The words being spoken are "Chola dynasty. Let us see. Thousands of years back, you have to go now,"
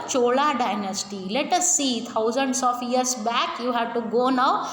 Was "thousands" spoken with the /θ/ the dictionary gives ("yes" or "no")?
no